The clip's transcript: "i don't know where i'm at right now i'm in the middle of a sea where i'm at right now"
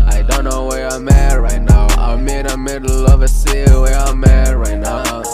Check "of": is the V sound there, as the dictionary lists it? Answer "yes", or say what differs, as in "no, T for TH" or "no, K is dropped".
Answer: yes